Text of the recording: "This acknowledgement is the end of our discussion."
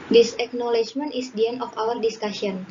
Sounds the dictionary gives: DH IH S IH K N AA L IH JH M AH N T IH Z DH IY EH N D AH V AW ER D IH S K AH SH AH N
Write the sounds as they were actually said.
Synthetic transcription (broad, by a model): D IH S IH K N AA L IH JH M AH N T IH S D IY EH N AH F AW ER D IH S K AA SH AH N